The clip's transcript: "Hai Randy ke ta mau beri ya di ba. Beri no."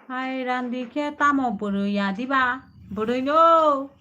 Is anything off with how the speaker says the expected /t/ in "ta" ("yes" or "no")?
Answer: no